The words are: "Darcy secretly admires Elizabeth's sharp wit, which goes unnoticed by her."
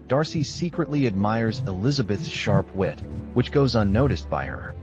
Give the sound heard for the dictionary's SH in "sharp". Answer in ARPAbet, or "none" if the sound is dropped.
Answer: SH